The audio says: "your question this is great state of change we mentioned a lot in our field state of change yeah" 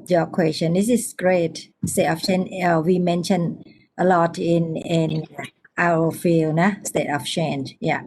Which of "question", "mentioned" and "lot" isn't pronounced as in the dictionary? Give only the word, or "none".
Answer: mentioned